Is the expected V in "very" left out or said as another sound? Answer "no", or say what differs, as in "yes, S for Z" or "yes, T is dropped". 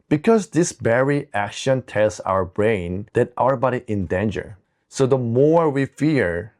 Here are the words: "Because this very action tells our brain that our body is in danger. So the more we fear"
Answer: yes, B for V